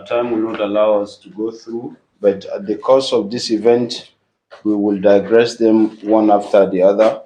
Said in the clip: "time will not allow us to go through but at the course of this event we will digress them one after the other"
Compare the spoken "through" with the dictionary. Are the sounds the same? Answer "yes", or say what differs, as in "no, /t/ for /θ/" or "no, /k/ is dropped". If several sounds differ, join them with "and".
yes